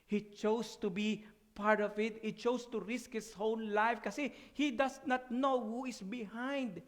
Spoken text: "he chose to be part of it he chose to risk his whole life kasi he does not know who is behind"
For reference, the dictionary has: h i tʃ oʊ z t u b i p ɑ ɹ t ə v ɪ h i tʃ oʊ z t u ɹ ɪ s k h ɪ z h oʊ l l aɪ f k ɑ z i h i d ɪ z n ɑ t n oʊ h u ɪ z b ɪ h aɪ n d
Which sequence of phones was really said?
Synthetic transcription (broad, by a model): h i tʃ oʊ s t u b i p ɑ ɹ t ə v ɪ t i tʃ oʊ s t u ɹ ɪ s k h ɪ s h oʊ n l aɪ f k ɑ s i h i d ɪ s n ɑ t n oʊ h u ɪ s b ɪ h aɪ n d